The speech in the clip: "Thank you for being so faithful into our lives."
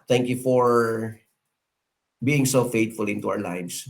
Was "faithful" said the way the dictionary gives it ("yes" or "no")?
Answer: no